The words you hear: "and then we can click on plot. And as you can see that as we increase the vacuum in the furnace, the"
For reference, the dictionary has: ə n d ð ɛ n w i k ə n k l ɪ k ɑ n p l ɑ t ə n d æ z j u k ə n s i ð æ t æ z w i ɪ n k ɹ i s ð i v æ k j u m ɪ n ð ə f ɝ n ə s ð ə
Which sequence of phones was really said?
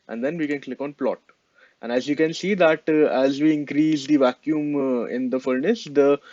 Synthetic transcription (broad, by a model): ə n d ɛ n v i k ə n k l ɪ k ɑ n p l ɑ t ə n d æ z j u k ə n s i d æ t æ z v i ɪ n k ɹ i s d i v æ k j u m ɪ n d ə f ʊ n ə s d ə